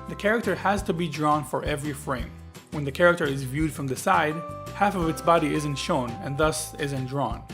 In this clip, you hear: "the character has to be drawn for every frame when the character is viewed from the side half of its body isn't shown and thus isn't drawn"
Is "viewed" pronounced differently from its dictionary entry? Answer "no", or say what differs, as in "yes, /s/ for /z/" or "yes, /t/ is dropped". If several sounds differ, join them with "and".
no